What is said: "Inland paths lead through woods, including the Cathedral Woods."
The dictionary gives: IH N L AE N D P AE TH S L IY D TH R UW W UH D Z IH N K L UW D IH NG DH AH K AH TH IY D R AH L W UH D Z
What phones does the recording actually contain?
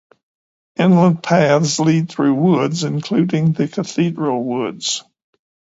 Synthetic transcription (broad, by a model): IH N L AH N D P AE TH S L IY D TH R UW W UH D Z IH N K L UW D IH NG DH AH K AH TH IY D R AH L W UH D Z